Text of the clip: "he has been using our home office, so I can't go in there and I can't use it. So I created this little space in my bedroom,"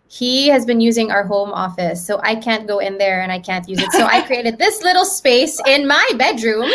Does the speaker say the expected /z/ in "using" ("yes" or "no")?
yes